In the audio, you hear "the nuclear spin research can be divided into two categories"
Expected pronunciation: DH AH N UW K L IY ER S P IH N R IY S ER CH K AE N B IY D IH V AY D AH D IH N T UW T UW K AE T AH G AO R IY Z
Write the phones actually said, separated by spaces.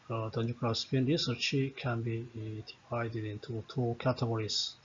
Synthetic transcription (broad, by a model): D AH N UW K IY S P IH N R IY S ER CH K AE N B IY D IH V AY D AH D IH N T UW T UW K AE T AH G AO R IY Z